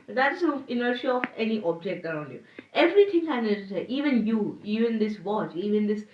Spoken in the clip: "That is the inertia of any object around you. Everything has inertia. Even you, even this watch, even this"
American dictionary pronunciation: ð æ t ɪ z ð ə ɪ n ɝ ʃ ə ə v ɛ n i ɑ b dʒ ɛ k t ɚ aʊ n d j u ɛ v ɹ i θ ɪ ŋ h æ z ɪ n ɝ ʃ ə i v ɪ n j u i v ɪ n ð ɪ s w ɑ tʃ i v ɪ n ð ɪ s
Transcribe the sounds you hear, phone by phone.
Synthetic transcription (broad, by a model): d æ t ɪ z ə ɪ n ɝ ʃ ə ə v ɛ n i ɑ b dʒ ɛ k t ɚ aʊ n d j u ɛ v ɹ i t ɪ ŋ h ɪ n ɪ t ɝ s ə i v ɪ n j u i v ɪ n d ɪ s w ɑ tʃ i v ɪ n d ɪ s